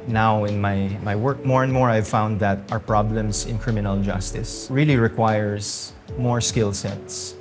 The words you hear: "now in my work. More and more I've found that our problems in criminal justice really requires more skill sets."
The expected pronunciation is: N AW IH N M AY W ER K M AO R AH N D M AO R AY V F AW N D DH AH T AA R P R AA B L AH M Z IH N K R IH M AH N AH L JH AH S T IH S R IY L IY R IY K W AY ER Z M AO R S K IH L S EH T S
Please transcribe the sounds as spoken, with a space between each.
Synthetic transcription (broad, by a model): N AW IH N M AY W ER K M AO R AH N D M AO R AY V F AW N D DH AH T AA R P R AA B L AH M S IH N K R IH M AH N AH L JH AH S T IH S R IY L IY R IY K W AY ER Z M AO R S K IH L S EH T S